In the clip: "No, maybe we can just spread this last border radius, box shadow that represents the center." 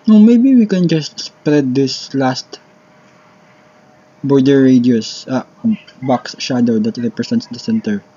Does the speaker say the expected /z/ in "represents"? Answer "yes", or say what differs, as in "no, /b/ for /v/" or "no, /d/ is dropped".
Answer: no, /s/ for /z/